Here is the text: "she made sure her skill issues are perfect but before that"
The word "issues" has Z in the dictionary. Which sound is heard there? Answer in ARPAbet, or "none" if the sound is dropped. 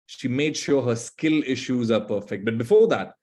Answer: Z